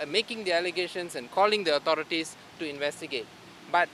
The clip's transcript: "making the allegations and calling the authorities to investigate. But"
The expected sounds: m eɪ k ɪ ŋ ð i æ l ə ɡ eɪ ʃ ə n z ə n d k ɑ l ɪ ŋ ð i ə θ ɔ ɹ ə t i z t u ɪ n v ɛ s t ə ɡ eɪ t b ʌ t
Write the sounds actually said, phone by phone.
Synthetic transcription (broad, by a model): m eɪ k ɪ ŋ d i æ l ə ɡ eɪ ʃ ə n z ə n k ɑ l ɪ ŋ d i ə t ɔ ɹ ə t i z t u ɪ n v ɛ s t ə ɡ eɪ t b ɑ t